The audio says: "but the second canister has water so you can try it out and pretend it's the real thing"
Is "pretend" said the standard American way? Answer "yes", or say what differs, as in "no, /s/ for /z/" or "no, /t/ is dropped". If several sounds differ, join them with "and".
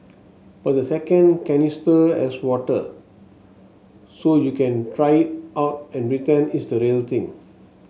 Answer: no, /d/ is dropped